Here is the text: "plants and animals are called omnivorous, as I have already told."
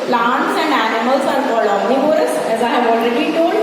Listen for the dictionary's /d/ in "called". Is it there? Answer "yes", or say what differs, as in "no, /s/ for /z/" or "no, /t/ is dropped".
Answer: no, /d/ is dropped